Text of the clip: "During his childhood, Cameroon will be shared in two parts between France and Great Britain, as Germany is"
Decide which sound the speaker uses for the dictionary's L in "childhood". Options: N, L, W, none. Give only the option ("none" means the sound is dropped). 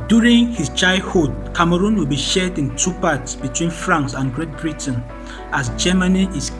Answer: none